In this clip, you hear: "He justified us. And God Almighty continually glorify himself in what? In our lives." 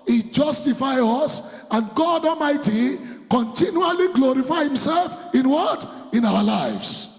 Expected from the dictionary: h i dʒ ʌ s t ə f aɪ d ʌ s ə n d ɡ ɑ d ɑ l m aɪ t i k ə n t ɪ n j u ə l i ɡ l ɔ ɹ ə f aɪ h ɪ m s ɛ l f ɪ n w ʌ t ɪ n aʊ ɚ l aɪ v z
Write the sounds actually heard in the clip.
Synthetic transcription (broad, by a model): h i dʒ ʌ s t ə f aɪ ʌ s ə n ɡ ɑ d ɑ l m aɪ t i k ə n t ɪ n j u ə l i ɡ l ɔ ɹ ə f aɪ h ɪ m s ɛ l f ɪ n w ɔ t ɪ n aʊ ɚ l aɪ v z